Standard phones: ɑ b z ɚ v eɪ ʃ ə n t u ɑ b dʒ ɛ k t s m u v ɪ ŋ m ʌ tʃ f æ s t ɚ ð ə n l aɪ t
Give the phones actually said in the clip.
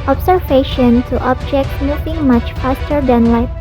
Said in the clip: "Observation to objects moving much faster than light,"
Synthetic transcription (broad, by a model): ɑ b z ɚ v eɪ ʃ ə n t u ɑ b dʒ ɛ k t m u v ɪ ŋ m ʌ tʃ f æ s t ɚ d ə n l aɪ